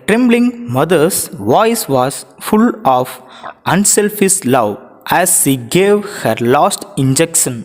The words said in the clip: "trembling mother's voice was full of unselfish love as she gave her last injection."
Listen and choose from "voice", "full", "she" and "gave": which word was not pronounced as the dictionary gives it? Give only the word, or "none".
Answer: none